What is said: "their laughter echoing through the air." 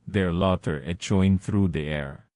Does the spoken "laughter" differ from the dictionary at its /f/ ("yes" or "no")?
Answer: yes